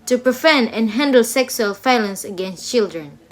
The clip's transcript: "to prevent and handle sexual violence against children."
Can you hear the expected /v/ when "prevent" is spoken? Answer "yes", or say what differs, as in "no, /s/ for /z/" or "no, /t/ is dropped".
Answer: no, /f/ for /v/